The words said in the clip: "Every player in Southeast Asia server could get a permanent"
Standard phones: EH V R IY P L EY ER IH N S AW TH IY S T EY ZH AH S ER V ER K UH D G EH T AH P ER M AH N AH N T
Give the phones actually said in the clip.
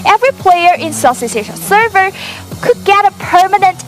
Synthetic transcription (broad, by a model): EH V R IY P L EY ER IH N S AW S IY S EY SH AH S ER V ER K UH D G EH T AH P ER M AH N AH N T